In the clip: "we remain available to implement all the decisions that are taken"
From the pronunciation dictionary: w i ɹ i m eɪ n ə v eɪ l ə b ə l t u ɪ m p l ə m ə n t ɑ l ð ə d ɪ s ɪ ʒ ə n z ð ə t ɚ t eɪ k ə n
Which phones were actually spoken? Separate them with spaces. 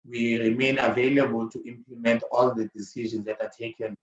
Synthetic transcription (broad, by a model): w i ɹ i m eɪ n ə v eɪ l ə b ə l t u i m p l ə m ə n t ɑ l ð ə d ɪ s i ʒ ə n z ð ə t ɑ t eɪ k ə n